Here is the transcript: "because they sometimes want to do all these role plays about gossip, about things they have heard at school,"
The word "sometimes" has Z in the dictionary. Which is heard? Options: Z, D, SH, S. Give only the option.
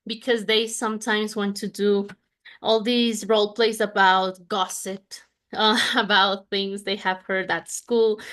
Z